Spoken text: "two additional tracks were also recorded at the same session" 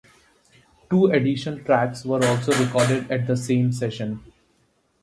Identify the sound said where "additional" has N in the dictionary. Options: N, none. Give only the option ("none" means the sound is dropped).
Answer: none